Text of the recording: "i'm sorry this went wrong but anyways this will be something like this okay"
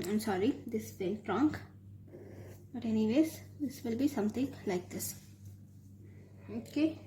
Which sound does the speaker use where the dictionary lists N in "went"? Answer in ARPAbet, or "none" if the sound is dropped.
L